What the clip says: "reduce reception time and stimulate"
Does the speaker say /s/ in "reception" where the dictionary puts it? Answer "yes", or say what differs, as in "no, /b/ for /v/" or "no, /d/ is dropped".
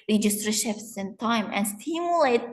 no, /ʃ/ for /s/